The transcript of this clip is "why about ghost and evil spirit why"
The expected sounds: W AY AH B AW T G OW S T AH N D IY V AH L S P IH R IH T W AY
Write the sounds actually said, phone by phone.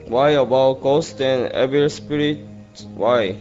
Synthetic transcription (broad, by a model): W AY AH B AW T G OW S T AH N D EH B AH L S P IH R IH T W AY